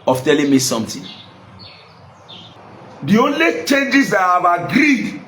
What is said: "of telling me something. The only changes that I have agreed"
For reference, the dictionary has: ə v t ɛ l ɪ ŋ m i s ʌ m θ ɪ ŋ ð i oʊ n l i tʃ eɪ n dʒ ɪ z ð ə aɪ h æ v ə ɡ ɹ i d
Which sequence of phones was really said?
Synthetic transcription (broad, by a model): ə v t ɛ l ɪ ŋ m i s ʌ m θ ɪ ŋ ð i oʊ n l i tʃ eɪ n dʒ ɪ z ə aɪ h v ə ɡ ɹ i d